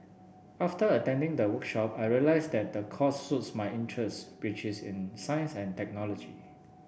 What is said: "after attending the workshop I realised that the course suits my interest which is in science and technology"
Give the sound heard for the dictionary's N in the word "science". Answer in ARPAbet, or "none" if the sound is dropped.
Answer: N